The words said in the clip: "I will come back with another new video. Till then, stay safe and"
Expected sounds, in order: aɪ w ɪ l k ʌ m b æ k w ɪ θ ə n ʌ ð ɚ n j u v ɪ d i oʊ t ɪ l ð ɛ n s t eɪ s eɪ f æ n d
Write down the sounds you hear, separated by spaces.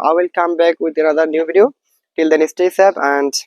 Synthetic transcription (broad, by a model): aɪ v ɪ l k ʌ m b æ k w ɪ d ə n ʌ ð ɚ n j u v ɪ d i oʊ t ɪ l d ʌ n s t eɪ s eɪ p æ n d